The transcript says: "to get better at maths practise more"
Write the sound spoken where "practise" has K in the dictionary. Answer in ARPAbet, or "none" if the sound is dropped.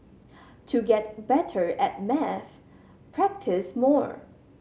K